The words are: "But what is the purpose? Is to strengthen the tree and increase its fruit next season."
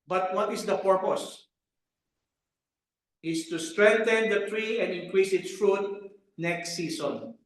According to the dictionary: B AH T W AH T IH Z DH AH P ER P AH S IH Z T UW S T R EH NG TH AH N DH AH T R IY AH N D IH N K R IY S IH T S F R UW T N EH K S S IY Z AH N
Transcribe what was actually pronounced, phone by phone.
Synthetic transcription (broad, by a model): B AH T W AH T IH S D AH P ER P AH S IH S T UW S T R EH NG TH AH N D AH T R IY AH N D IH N K R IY S IH T S F R UW T N EH K S S IY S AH N